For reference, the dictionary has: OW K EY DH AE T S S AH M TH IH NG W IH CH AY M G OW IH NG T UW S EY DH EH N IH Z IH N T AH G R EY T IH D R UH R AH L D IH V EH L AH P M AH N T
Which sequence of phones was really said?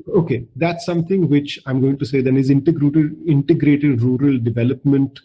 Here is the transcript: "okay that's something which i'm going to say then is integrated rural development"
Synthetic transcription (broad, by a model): OW K EY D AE T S S AH M T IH NG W IH CH AY M G OW IH NG T UW S EY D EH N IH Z IH N T AH G R EY T IH D R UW R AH L D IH V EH L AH P M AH N T